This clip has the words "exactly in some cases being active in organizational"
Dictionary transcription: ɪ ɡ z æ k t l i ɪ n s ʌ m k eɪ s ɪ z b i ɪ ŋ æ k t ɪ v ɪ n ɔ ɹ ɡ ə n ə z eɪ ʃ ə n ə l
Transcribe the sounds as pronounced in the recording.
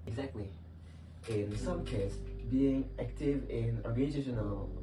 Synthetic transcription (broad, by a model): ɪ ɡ z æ k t l i ɪ n s ʌ m k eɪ ɪ s b i ɪ ŋ æ k t ɪ v ɪ n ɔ ɹ ɡ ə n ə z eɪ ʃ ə n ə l